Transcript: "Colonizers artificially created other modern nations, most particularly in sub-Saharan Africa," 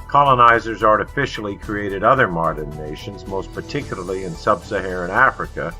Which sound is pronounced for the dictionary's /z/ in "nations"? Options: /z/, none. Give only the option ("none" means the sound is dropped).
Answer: /z/